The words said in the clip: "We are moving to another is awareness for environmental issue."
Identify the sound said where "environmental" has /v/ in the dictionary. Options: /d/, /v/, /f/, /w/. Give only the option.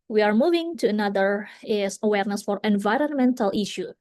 /v/